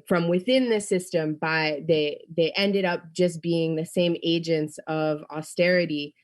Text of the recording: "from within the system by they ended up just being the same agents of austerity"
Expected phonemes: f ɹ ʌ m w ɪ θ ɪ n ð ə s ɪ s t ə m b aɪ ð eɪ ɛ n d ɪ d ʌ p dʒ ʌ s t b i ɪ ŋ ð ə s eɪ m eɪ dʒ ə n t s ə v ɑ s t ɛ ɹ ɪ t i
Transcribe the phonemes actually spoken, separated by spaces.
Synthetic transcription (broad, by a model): f ɹ ʌ m w ɪ θ ɪ n ð ə s ɪ s t ə m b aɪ ð eɪ ɛ n d ɪ d ʌ p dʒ ʌ s b i ɪ ŋ ð ə s eɪ m eɪ dʒ ə n t s ə v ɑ s t ɛ ɹ ɪ t i